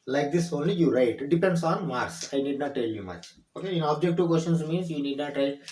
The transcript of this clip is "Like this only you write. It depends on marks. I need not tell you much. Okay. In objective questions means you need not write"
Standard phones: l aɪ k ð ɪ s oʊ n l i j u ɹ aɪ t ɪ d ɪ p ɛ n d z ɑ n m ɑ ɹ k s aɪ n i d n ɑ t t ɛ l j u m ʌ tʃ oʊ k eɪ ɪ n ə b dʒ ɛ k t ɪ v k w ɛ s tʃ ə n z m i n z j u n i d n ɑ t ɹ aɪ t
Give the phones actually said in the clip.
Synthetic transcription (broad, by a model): l aɪ k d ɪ s oʊ n l i j u ɹ aɪ t d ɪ p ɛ n d s ɑ n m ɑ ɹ s aɪ n i d n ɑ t t ɛ l j u m ʌ tʃ oʊ k eɪ ɪ n ə b dʒ ɛ k t ɪ v k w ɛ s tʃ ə n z m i n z j u n i d n ɑ t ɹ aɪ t